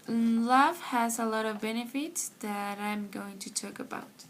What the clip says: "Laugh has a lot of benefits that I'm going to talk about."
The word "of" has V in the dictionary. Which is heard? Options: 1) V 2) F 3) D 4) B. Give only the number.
1